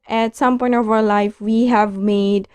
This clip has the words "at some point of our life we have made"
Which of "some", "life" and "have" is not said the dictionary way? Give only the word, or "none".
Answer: none